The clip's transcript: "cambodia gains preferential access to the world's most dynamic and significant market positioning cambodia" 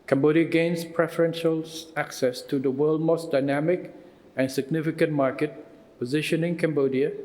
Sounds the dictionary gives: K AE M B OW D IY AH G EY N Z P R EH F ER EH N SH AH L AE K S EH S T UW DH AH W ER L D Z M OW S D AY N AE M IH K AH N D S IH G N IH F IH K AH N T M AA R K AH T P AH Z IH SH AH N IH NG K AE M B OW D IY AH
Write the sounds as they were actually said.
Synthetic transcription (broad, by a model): K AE M B OW D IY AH G EY N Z P R EH F ER EH N SH AH L AE K S EH S T UW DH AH W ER L D M OW S D AY N AE M IH K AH N S IH G N IH F IH K AH N T M AA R K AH T P AH Z IH SH AH N IH NG K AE M B OW D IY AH